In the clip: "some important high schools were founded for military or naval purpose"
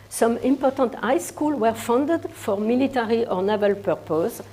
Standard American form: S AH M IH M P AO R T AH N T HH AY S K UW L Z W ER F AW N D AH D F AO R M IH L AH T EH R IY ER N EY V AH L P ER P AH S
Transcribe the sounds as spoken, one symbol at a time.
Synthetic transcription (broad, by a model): S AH M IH M P AO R T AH N T AY S K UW L W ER F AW N D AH D F AO R M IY L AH T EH R IY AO N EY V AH L P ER P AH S